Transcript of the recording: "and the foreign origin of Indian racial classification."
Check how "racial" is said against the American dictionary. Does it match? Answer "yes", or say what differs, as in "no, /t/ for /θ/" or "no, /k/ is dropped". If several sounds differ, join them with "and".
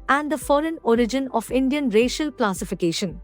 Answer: yes